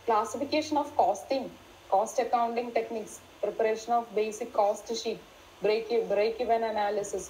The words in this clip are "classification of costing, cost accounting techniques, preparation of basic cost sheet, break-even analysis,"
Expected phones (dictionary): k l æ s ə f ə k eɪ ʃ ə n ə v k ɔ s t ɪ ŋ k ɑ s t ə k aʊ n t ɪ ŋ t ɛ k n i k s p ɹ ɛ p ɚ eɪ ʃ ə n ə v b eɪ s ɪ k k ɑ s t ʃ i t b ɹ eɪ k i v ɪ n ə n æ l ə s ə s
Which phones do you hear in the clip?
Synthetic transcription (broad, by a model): k l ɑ s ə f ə k eɪ ʃ ə n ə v k ɔ s t ɪ ŋ k ɑ s t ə k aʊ n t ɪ ŋ t ɛ k n i k s p ɹ ɛ p ɚ eɪ ʃ ə n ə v b eɪ s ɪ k k ɑ s t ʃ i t b ɹ eɪ k i v ɪ n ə n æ l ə s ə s